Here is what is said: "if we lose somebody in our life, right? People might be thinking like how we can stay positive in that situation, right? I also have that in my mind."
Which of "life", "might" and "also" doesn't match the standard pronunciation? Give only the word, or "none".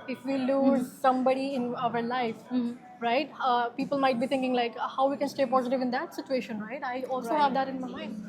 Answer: none